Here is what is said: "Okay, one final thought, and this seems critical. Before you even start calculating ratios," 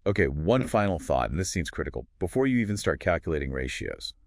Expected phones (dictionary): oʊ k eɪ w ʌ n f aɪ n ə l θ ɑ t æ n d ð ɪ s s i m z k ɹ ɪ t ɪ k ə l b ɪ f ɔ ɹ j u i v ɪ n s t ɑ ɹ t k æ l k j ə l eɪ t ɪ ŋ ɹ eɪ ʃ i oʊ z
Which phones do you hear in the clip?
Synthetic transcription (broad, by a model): oʊ k eɪ w ʌ n f aɪ n l θ ɑ t n ð ɪ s s i m z k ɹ ɪ t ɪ k l b ɪ f ɔ ɹ j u i v ɪ n s t ɑ ɹ t k æ l k j ə l eɪ t ɪ ŋ ɹ eɪ ʃ i oʊ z